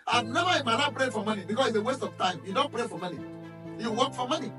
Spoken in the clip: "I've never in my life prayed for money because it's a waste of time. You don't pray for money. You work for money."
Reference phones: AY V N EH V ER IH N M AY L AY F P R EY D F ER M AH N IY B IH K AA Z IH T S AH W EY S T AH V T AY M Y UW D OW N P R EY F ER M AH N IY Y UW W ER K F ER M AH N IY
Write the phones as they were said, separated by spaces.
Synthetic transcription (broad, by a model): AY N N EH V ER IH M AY N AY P R EY F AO M AH N IY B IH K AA S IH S AH W EY S T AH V T AY M Y UW D OW N P R EY F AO M AH N IY Y UW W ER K F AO M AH N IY